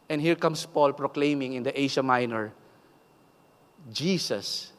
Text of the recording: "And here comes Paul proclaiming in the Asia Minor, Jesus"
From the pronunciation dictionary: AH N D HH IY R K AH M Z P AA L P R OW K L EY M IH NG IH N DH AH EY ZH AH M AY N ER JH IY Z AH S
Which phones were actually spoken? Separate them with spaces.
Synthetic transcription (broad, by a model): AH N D HH IY R K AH M S P AA L P R OW K L EY M IH NG IH N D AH EY SH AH M AY N ER JH IY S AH S